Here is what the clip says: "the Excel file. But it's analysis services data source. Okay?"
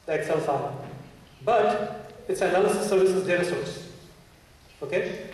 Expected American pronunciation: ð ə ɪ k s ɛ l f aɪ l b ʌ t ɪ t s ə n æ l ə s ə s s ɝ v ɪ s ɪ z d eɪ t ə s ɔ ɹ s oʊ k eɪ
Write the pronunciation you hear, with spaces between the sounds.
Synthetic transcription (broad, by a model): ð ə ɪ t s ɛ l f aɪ n b ʌ t ɪ t s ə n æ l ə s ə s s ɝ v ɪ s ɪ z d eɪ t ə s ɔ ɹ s oʊ k eɪ